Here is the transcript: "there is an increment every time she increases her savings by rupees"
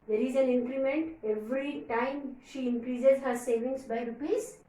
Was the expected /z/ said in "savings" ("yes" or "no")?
no